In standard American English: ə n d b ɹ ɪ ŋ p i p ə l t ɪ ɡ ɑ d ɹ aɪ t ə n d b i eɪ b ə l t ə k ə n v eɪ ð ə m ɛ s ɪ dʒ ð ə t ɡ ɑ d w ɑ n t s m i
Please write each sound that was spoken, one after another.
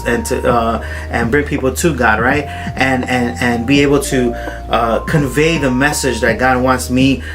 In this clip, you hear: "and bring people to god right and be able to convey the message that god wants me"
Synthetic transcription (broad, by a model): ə n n b ɹ ɪ ŋ p i p l t ɪ ɡ ɑ d ɹ aɪ t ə n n b i eɪ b l t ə k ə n v eɪ ð ə m ɛ s ɪ dʒ ð ə t ɡ ɑ d w ɑ n t s m i